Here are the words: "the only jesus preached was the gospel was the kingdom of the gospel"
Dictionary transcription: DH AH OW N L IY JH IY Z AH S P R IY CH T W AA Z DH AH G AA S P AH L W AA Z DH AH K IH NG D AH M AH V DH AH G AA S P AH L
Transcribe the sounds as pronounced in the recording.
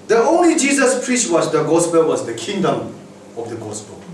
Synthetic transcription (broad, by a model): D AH OW N L IY JH IY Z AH S P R IY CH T W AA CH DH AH G AA S P AH L W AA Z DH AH K IH NG D AH M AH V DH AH G AA S P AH L